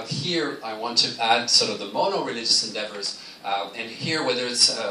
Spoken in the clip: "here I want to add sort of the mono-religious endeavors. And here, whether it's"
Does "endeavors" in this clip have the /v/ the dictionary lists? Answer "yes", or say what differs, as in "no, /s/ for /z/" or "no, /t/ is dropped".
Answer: yes